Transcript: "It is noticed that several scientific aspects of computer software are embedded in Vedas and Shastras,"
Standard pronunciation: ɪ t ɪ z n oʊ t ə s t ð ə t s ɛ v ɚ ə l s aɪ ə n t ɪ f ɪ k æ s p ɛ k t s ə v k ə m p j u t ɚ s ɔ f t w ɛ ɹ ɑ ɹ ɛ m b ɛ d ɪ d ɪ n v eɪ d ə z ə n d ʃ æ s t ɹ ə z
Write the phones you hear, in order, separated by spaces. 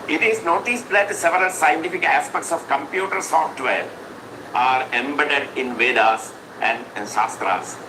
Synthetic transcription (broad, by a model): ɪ t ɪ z n oʊ t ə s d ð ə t s ɛ v ɚ ə l s aɪ ə n t ɪ f ɪ k æ s p ɛ k t s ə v k ə m p j u t ɚ s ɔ f t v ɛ ɹ ɑ ɹ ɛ m b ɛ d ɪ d ɪ n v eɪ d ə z ə n d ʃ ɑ s t ɹ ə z